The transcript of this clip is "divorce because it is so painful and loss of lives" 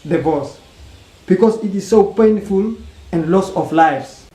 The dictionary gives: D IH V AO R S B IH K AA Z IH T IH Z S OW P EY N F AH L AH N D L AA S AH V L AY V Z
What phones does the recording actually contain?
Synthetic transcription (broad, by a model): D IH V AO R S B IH K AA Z IH T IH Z S OW P EY N F AH L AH N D L AA S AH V L AY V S